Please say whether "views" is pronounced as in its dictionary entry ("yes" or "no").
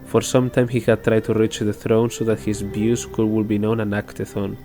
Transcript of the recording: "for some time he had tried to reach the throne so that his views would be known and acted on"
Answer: no